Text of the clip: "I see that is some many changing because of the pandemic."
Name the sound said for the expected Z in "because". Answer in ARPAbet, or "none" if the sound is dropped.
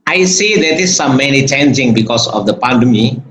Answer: S